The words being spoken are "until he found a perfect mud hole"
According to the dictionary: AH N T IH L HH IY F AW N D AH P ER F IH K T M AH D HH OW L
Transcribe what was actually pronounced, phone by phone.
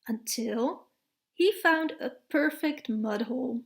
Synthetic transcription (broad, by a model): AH N T IH L HH IY F AW N D AH P ER F IH K T M AH D HH OW L